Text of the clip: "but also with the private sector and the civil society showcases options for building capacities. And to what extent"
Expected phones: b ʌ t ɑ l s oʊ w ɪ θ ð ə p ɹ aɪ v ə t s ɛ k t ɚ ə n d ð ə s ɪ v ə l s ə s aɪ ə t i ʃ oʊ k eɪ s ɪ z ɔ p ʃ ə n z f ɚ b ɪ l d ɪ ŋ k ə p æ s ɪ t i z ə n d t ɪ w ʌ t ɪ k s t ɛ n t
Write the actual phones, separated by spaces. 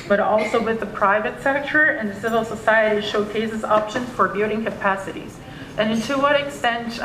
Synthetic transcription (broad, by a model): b ʌ t ɑ l s oʊ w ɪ ð ə p ɹ aɪ v ə t s ɛ k t ɚ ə n ð ə s ɪ v l s ə s aɪ ə t i ʃ oʊ k eɪ s ɪ z ɔ p ʃ ə n z f ɚ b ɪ d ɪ ŋ k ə p æ s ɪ t i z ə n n t ɪ w ʌ t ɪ k s t ɛ n t